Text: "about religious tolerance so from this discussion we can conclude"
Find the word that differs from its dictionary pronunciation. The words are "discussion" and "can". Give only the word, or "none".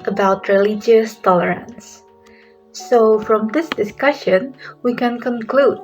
none